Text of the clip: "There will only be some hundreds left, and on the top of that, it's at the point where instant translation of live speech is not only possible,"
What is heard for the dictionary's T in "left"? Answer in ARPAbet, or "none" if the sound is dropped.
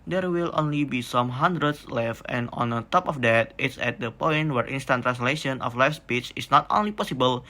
none